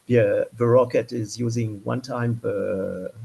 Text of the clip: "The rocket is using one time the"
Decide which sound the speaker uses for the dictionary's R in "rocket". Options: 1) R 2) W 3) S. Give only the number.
1